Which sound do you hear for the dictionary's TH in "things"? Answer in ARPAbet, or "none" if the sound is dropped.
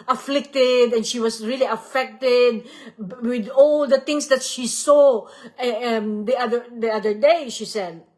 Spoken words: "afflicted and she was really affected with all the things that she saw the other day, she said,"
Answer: T